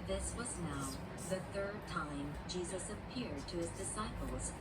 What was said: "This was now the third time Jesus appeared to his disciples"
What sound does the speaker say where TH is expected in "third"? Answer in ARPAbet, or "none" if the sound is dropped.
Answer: TH